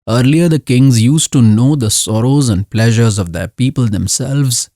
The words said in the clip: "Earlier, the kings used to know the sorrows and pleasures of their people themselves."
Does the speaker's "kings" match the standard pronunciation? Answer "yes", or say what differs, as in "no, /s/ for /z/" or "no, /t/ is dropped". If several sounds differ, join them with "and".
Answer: yes